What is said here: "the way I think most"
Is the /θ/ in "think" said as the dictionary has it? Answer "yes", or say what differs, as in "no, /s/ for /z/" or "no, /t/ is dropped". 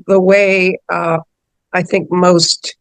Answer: yes